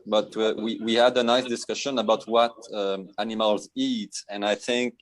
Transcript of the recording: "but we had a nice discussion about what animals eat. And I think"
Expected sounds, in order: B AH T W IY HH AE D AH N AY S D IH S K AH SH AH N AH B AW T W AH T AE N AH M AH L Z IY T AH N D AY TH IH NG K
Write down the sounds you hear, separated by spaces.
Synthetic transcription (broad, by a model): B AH T W IY HH AE D AH N AY S D IH S K AH SH AH N AH B AW T W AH T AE N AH M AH L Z IY T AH N AY TH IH NG K